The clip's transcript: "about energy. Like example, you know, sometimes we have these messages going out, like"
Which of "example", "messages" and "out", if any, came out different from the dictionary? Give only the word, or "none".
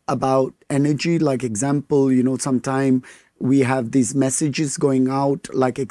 none